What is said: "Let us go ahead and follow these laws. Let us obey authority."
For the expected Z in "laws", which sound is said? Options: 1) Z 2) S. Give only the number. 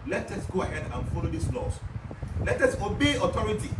2